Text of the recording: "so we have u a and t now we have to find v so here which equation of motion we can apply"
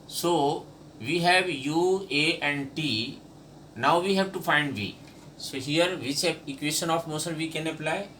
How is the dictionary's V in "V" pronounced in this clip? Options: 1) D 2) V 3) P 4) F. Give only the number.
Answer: 2